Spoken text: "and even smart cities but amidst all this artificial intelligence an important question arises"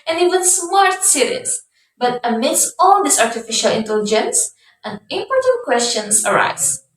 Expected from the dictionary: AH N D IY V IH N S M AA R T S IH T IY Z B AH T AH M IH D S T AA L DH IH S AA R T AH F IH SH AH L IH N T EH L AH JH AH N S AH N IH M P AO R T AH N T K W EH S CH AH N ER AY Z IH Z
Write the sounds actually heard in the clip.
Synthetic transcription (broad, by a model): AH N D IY W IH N S M AA R T S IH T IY S B AH T AH M IH D S T AA L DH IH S AA R T AH F IH SH AH L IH N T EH L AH JH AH N S AH N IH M P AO R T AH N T K W EH S CH AH N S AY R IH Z